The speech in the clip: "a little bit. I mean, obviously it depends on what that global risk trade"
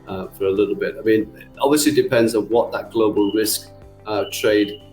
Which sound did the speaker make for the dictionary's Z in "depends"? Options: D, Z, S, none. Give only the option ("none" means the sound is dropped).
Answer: Z